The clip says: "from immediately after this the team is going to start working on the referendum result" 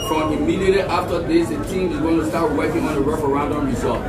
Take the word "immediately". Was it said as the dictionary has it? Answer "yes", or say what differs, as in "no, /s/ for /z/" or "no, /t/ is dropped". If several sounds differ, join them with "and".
no, /l/ is dropped